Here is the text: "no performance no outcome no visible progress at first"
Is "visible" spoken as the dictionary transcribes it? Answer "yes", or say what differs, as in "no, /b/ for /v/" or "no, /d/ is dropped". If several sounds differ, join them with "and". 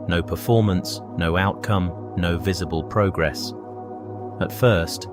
yes